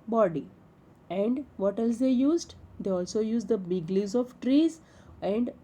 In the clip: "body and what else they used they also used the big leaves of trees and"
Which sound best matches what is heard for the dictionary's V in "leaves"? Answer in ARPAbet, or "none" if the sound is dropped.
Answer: none